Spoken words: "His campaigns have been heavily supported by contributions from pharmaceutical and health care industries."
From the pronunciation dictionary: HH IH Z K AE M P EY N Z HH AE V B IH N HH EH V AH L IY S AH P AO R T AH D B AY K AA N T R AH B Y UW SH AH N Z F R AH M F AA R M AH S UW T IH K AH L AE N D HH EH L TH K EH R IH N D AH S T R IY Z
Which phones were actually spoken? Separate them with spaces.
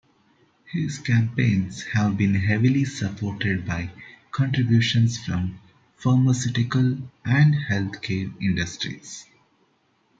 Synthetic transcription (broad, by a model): HH IH Z K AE M P EY N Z HH AE V B IH N HH EH V AH L IY S AH P AO R T AH D B AY K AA N T R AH B Y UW SH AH N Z F R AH M F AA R M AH S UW T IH K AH L AE N D HH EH L T K EH R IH N D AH S T R IY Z